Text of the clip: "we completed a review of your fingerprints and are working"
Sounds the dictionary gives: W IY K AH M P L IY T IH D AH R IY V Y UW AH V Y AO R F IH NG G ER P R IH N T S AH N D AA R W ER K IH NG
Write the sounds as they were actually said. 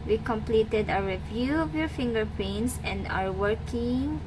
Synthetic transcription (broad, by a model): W IY K AH M P L IY T IH D AH R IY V Y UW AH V Y AO R F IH NG G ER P IH N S AH N D AA R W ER K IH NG